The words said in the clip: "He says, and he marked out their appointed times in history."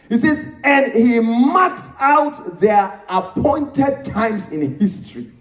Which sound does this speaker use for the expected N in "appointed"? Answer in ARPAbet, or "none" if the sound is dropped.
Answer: N